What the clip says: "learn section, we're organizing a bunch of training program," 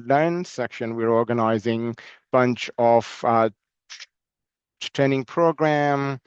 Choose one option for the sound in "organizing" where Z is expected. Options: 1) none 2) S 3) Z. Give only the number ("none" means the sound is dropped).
3